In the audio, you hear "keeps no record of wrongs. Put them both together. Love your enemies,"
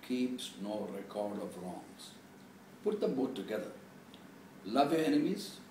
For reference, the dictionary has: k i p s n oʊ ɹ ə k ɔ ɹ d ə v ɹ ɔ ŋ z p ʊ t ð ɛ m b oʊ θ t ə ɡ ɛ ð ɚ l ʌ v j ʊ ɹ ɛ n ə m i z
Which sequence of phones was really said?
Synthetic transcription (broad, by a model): k i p s n oʊ ɹ ə k ɔ ɹ d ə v ɹ ɔ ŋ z p ʊ t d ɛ m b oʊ t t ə ɡ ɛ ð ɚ l ʌ v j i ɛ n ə m i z